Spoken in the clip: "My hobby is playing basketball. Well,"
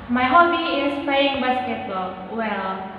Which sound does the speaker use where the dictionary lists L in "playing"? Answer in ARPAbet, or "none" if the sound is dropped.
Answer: none